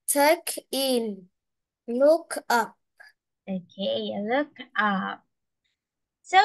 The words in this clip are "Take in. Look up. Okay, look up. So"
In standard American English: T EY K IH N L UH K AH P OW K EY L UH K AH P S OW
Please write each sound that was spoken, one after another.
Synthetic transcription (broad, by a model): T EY K IH N L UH K AH P OW K EY L UH K AH P S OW